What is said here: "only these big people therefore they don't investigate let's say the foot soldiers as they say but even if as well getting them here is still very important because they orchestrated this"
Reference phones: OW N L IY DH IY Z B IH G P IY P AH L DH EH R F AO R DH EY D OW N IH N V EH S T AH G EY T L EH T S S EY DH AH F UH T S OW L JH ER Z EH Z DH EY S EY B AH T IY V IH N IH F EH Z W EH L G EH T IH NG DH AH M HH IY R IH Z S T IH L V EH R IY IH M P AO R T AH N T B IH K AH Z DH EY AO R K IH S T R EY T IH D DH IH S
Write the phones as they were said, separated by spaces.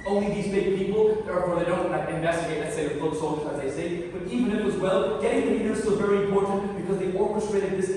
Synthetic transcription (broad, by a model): OW N L IY DH IY Z B IH G P IY P L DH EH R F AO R DH EY D OW N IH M V EH S T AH G EY T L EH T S S EY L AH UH S OW L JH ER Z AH Z DH EY S EY B AH T IY V IH N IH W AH Z W EH L G EH T IH NG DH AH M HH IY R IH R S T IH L V EH R IY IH M P AO R T N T B IH K AH Z DH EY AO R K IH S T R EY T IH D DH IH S